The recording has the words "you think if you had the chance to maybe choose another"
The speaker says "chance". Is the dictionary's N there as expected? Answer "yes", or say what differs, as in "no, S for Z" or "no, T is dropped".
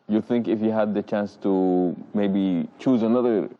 yes